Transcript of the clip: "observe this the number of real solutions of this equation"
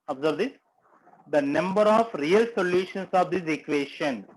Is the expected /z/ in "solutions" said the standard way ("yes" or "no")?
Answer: no